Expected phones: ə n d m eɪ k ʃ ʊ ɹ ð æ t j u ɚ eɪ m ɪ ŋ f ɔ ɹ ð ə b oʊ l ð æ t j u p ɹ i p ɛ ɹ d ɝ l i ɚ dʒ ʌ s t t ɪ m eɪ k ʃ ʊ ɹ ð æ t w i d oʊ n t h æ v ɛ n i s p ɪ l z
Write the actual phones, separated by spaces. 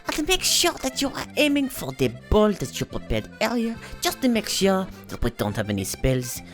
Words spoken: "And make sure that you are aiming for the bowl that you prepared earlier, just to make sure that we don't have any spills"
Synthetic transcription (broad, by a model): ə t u m eɪ k ʃ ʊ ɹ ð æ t j u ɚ eɪ m ɪ ŋ f ɔ ɹ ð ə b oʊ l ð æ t j u p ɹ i p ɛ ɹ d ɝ i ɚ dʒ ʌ s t t ɪ m eɪ k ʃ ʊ ɹ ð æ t w i d oʊ n t h æ v ɛ n i s p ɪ l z